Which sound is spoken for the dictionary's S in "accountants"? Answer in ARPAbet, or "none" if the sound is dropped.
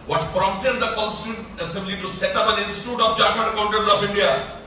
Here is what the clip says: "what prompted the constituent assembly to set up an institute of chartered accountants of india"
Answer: none